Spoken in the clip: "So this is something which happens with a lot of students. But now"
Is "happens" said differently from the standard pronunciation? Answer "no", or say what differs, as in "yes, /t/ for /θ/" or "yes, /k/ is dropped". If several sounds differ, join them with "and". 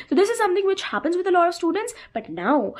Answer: no